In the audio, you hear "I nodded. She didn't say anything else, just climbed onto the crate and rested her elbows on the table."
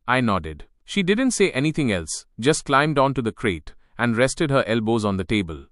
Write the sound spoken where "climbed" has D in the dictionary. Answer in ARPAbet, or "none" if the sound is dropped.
D